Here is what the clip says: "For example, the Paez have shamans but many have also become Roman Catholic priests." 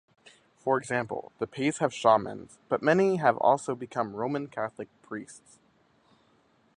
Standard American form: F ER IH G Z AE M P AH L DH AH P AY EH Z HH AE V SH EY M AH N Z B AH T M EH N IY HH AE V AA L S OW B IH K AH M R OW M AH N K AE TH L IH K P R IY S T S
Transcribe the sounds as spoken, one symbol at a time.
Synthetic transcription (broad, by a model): F ER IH G Z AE M P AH L DH AH P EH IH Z HH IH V SH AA M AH N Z B AH T M EH N IY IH V AA L S OW B IH K AH M R OW M AH N K AE TH L IH K P R IY S T S